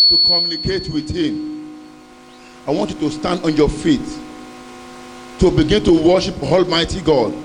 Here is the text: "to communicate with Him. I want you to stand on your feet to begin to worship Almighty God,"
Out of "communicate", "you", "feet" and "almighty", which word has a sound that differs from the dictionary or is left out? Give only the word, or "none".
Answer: none